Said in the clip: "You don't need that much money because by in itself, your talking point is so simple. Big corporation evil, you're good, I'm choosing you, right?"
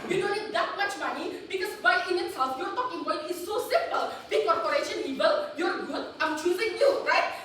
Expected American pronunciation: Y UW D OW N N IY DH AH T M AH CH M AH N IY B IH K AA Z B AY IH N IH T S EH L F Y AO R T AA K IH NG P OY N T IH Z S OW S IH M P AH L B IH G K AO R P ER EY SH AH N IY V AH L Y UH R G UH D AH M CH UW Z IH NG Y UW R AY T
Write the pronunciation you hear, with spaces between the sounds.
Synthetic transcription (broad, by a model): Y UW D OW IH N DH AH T M AH CH M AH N IY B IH K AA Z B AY IH N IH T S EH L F Y AO R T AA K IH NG B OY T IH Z S OW S IH M P AH L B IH K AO R P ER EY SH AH N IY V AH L Y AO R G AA AH M CH UW Z IH NG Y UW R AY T